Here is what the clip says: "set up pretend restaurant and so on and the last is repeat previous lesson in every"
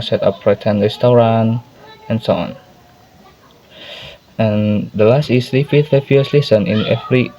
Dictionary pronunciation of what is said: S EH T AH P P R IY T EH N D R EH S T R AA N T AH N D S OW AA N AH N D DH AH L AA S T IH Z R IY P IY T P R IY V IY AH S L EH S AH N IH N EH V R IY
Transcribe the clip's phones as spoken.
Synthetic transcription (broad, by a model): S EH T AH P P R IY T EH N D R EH S T R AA N AH N S OW AA N AH N D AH L AA S T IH S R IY F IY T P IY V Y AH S L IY S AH N IH N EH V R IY